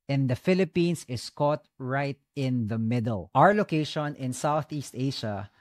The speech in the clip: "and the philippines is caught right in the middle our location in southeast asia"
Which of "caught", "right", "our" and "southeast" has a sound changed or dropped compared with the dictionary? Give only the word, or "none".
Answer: none